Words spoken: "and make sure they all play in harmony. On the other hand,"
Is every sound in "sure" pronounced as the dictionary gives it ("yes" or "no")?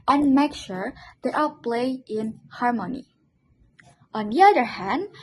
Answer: yes